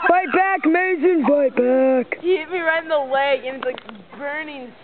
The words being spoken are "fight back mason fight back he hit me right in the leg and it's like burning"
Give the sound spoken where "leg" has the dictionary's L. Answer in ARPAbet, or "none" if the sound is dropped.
W